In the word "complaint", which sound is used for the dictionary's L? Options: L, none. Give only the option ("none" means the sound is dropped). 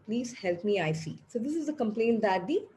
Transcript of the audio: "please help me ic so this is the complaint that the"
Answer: L